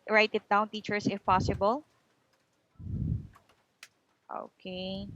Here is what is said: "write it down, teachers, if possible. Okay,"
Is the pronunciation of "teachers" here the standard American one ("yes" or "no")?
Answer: no